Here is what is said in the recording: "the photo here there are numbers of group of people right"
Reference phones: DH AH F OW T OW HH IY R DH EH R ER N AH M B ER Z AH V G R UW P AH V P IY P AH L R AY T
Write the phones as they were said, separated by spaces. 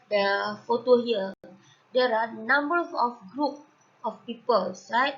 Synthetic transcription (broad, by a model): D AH F OW T OW HH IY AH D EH R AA N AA M B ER AH F G R UW P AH F P IY P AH L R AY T